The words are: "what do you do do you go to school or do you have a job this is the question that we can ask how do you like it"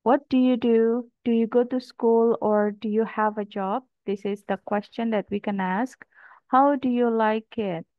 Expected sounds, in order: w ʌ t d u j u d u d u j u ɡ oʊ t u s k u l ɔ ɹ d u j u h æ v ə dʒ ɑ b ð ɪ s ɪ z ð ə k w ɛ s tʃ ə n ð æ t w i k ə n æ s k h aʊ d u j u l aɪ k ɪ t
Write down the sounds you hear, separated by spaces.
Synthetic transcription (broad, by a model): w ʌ t d u j u d u d u j u ɡ oʊ t u s k u l ɔ ɹ d u j u h æ v ə dʒ ɑ b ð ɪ s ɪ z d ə k w ɛ s tʃ ə n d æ t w i k ə n æ s k h aʊ d u j u l aɪ k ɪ t